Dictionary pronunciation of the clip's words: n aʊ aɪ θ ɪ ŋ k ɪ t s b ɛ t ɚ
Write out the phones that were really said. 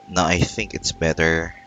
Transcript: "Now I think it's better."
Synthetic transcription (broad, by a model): n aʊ aɪ θ ɪ ŋ k ɪ t s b ɛ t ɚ